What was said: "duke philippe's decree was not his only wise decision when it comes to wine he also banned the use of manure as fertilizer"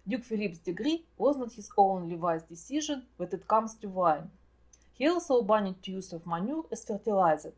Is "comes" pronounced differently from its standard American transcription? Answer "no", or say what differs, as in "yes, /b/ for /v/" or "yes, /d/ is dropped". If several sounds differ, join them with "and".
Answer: yes, /s/ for /z/